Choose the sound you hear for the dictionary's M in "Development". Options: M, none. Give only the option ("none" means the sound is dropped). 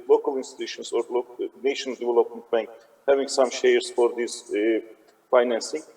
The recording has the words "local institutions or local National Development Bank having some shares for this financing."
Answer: M